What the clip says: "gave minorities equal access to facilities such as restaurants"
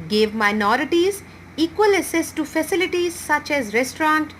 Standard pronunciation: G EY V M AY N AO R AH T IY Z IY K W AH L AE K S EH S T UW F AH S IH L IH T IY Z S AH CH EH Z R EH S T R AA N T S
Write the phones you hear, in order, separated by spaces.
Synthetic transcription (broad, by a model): G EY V M AY N AO R AH T IY Z IY K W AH L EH S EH S T UW F AH S IH L IH T IY Z S AH CH EH Z R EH S T R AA N T